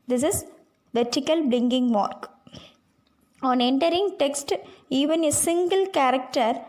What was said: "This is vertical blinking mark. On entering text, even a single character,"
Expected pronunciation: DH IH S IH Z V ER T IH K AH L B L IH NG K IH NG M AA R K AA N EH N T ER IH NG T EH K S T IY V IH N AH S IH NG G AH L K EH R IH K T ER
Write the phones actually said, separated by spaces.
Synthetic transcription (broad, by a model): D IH S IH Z V ER T IH K AH L B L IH NG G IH NG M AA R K AA N EH N T ER IH NG T EH K S T IY V IH N AH S IH NG G AH L K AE R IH K T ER